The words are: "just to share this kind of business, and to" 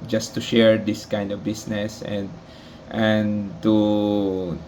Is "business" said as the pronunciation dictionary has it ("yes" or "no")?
no